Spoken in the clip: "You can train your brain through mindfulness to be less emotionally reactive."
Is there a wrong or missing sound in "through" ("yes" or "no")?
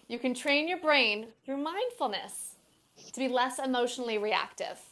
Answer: no